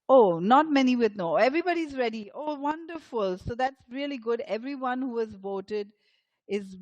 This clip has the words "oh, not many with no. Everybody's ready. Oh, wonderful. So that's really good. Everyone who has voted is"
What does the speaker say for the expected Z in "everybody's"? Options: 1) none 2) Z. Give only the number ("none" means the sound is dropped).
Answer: 2